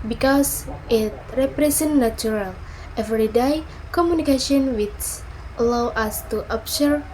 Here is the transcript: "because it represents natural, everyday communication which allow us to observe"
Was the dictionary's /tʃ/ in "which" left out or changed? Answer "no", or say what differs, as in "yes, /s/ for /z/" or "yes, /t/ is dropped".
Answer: yes, /s/ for /tʃ/